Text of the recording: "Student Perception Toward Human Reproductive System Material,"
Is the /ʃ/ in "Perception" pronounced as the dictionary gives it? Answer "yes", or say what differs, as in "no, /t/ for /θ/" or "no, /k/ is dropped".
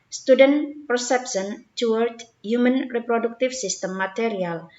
no, /s/ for /ʃ/